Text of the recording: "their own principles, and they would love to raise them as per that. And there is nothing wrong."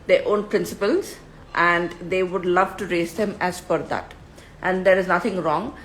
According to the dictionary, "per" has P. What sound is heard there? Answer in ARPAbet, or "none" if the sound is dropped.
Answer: F